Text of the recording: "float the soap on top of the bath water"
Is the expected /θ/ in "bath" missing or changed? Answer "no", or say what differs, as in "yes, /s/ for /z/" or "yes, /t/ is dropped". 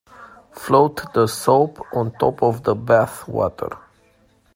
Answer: no